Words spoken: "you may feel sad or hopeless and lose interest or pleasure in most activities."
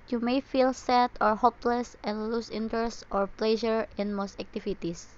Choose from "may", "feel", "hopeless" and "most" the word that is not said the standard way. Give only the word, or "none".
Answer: none